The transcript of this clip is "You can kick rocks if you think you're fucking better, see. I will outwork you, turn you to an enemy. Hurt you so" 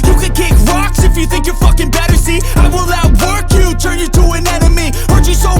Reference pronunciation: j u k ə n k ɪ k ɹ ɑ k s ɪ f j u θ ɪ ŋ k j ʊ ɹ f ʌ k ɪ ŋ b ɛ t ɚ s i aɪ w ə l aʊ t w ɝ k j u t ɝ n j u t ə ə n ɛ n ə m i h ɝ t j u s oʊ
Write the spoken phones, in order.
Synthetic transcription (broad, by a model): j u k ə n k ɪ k ɹ ɑ k s ɪ f j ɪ θ ɪ ŋ k j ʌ ɹ f ʌ k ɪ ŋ b ɛ t ɚ s i aɪ w ə l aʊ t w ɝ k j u t ɝ n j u t ə ə n ɛ n ə m i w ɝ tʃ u s oʊ